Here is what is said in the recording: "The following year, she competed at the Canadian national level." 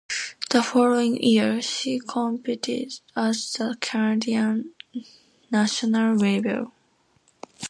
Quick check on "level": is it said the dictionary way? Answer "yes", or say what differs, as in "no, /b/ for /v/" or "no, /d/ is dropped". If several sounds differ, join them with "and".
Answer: no, /b/ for /v/